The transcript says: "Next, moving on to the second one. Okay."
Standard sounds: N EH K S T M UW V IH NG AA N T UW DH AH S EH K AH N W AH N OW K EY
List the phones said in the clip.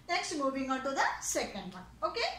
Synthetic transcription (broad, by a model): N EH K S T M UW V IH NG AA N T UW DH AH S EH K AH N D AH OW K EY